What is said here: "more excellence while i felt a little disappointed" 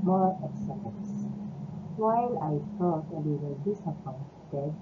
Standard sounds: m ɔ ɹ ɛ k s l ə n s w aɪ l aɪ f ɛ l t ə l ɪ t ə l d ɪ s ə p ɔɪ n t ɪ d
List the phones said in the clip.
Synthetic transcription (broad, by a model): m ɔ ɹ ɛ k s ə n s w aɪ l aɪ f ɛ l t ə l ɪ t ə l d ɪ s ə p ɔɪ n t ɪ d